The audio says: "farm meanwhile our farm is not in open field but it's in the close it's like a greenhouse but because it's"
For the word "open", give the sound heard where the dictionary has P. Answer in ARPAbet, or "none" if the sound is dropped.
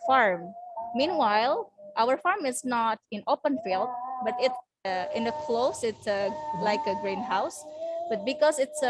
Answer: P